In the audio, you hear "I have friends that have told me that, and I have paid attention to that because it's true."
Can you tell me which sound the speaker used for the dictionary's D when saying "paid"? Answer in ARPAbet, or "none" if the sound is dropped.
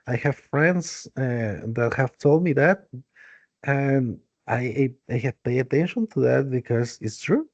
none